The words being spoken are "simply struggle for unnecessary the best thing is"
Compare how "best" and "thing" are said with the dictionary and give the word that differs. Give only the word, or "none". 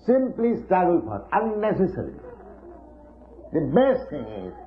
thing